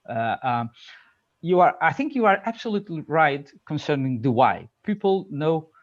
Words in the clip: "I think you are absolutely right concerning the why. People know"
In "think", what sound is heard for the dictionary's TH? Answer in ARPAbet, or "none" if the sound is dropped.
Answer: TH